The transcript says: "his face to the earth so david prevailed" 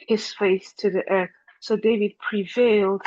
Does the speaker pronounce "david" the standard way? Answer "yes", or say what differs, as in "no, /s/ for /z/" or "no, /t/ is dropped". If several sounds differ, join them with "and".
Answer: yes